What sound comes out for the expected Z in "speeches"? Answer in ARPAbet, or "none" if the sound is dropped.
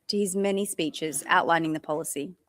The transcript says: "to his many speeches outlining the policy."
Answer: Z